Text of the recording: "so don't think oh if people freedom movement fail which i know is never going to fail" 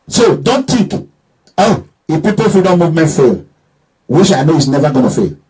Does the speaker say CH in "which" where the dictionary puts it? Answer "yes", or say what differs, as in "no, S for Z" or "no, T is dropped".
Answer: no, SH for CH